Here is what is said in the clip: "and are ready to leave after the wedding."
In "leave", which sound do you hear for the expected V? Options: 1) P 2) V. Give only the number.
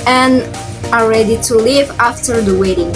2